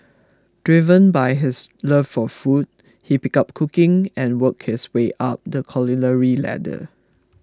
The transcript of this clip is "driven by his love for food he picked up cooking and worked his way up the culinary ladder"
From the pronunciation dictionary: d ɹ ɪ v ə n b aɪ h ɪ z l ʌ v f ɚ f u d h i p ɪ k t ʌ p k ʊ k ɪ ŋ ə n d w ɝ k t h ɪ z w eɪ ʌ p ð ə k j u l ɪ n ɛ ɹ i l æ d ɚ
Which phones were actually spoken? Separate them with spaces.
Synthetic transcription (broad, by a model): d ɹ ɪ v ə n b aɪ h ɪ s l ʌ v f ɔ f u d h i p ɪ k ʌ p k ʊ k ɪ ŋ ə n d w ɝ k h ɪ s w eɪ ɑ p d ə k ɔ l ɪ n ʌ ɹ i l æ d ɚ